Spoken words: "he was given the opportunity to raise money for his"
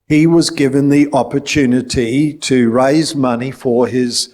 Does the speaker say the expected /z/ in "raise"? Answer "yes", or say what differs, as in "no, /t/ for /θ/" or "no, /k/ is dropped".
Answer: yes